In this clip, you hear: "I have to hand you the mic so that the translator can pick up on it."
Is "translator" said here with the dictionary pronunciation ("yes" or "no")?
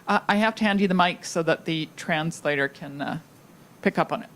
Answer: yes